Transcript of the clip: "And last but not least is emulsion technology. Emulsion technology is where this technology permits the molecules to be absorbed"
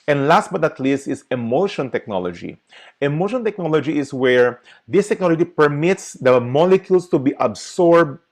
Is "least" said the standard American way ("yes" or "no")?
yes